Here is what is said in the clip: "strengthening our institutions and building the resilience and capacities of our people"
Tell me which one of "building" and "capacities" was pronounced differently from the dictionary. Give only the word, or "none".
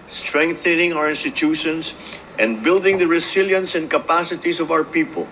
capacities